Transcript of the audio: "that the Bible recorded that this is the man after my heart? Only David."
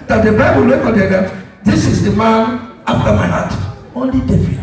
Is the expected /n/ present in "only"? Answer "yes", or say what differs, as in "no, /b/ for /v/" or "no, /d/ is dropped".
yes